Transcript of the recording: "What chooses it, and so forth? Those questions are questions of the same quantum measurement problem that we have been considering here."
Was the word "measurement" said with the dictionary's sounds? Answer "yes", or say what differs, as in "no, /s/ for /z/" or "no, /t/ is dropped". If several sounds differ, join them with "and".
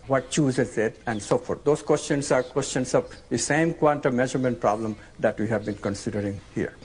yes